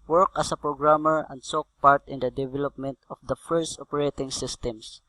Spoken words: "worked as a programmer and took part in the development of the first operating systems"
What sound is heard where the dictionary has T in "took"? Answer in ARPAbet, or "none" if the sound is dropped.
S